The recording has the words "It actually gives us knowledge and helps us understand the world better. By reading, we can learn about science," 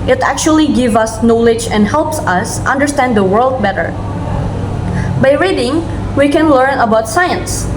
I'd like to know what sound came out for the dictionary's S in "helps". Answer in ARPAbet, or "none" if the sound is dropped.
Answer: S